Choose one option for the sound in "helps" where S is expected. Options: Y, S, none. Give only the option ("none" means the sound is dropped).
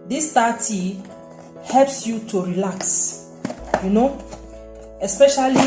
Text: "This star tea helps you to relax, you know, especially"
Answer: S